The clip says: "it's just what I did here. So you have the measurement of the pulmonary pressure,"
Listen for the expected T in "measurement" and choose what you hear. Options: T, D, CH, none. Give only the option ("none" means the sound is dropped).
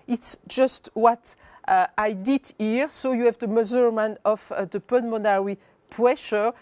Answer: none